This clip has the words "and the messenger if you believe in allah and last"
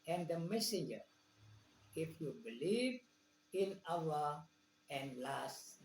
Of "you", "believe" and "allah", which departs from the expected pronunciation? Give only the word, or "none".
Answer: allah